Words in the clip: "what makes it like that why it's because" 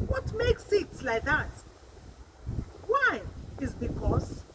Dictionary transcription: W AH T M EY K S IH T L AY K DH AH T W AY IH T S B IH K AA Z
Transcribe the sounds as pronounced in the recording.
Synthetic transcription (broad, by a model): W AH T M EY K S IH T L AY K DH AH T W AY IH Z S B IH K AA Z